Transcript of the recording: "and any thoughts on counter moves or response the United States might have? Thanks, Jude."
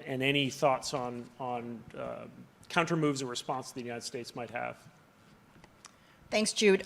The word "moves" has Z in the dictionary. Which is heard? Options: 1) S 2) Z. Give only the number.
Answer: 2